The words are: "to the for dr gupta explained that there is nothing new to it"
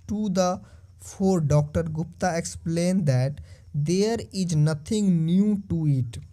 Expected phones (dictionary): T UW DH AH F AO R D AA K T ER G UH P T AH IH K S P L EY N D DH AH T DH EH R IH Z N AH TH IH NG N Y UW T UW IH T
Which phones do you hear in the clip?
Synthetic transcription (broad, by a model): T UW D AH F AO R D AA K T ER G UH P T AH IH K S P L EY N D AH T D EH R IH Z N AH T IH NG N Y UW T UW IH T